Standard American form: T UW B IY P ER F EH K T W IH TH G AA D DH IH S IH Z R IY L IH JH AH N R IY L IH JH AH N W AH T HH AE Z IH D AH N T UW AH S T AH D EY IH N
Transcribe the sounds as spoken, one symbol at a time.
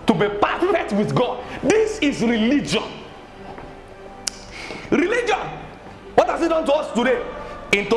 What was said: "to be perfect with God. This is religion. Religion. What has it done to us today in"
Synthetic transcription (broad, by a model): T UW B IY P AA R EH T W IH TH G AA D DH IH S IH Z R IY L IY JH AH N R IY L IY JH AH N W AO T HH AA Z IH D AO N T UW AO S T AH D EY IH N